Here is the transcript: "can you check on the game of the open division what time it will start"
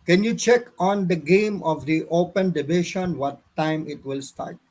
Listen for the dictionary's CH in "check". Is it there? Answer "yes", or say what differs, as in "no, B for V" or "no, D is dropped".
yes